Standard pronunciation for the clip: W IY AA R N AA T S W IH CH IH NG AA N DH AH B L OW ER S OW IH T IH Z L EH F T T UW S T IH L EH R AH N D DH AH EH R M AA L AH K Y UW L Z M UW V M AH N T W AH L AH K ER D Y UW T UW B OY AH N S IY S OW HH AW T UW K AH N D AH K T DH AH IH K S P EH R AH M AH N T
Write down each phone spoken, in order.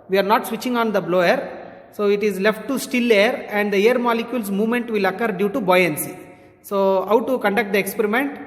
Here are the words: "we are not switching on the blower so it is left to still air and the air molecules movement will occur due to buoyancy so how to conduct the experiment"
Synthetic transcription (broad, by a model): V IY AA R N AA T S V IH CH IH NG AA N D AH B L OW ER S OW IH T IH Z L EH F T T UW S T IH L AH R AH N D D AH EH R M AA L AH K Y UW L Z M UW V M AH N T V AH L AH K ER D Y UW T UW B OY AH N S IY S OW HH AW T UW K AH N D AH K T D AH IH K S P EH R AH M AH N T